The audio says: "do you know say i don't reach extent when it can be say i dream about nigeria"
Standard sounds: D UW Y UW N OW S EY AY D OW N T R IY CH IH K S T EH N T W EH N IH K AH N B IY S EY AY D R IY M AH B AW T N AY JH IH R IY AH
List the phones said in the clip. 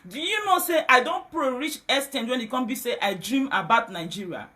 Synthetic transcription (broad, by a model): D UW Y UW N OW S EY AY D OW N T R IY CH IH S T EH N W EH N IH K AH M B IY S EY AY D R IY M AH B AW T N AY JH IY R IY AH